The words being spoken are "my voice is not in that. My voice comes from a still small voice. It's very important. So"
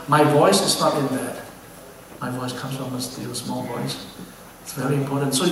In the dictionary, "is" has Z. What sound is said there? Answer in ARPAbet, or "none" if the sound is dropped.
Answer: S